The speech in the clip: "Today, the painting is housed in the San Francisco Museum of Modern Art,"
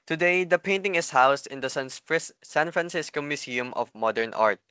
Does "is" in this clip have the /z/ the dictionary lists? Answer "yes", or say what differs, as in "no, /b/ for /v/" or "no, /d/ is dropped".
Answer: no, /s/ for /z/